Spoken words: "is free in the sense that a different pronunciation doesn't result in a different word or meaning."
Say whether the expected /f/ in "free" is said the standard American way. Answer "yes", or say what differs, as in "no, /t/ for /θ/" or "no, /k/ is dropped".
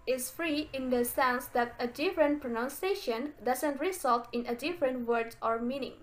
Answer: yes